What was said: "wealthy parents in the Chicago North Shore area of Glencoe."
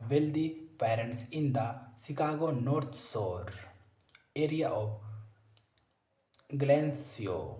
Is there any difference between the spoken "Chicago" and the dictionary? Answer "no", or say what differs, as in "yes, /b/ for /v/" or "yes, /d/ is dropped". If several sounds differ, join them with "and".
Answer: yes, /s/ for /ʃ/